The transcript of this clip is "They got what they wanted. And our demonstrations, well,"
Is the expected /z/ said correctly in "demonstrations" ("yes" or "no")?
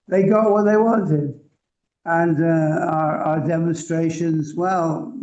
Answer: yes